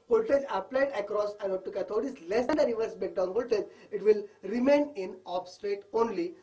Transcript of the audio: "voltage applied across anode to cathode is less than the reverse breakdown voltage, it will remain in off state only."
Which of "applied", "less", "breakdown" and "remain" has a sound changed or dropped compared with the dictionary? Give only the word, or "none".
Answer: breakdown